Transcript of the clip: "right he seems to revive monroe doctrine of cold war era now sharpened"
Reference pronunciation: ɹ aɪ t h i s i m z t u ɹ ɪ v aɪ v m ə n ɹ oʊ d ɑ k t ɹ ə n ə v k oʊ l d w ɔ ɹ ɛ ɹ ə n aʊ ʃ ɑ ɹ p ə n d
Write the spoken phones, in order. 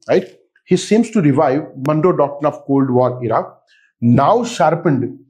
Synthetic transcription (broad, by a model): ɹ aɪ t h i s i m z t u ɹ ɪ v aɪ v m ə n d oʊ d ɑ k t ə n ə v k oʊ l d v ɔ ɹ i ɹ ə n aʊ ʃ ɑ ɹ p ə n d